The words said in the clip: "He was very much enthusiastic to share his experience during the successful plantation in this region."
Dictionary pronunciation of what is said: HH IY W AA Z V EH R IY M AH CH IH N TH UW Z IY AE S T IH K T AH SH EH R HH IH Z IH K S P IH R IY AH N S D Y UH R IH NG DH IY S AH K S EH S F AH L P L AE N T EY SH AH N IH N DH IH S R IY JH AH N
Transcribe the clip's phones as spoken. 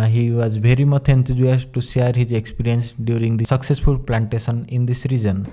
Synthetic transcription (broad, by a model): HH IY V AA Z V EH R IY M AH CH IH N T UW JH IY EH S T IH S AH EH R HH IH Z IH K S P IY R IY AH N S D Y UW R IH NG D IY S AH K S EH S F AH L P L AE N T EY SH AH N IH N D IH S R IY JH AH N